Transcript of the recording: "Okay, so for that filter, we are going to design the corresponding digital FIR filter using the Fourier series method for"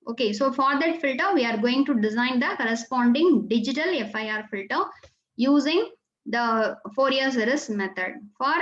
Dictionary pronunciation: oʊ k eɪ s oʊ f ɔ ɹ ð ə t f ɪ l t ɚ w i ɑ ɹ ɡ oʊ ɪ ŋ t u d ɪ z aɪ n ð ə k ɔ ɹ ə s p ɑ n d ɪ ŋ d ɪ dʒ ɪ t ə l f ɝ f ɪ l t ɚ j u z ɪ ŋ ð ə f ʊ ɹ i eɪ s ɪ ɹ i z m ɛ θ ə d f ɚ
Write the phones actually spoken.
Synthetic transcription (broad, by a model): oʊ k eɪ s oʊ f ɔ ɹ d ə t f ɪ l t ɚ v i ɑ ɹ ɡ oʊ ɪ ŋ t u d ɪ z aɪ n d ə k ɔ ɹ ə s p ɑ n d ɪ ŋ d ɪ dʒ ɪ t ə l f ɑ f ɪ l t ɚ j u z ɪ ŋ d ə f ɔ ɹ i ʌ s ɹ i s m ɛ t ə d f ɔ